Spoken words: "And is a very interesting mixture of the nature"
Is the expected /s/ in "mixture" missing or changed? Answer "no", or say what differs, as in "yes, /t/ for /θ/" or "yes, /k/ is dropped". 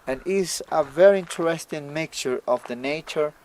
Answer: yes, /s/ is dropped